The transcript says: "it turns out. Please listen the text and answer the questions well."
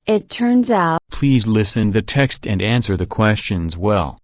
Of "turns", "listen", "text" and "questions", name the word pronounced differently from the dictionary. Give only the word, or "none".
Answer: none